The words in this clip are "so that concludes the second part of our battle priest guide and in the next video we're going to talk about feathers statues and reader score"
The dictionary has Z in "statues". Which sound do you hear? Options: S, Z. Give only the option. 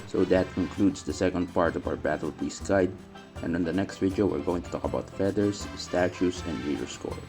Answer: S